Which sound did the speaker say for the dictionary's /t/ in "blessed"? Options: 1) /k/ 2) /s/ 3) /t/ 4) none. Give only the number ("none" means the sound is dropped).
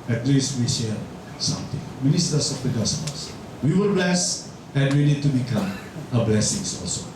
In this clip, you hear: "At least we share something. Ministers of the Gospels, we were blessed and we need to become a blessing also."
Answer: 4